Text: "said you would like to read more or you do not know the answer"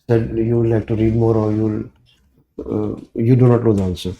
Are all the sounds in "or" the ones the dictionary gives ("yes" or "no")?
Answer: no